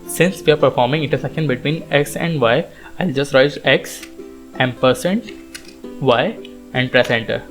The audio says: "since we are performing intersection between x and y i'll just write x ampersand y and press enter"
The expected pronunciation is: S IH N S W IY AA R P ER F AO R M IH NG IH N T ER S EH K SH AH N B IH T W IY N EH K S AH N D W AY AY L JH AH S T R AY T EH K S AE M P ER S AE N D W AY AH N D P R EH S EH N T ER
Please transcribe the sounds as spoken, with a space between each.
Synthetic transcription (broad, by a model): S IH N S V IY AA R P ER F AO R M IH NG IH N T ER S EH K AH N B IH T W IY N EH K S AH N D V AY AY L JH AH S T R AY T EH K S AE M P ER S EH N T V AY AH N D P R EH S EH N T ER